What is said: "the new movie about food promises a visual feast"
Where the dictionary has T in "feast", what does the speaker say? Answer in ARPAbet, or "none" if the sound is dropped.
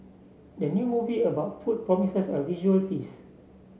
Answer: none